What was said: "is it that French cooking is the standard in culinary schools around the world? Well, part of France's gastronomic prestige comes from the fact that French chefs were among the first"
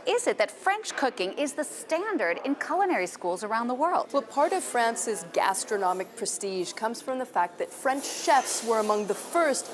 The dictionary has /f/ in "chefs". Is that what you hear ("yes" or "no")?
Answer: yes